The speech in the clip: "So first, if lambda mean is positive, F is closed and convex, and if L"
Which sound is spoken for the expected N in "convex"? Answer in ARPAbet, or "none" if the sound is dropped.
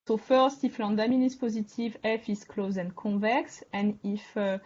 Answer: none